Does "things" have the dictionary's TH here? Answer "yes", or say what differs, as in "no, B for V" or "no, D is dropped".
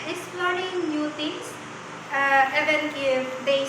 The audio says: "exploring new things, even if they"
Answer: no, T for TH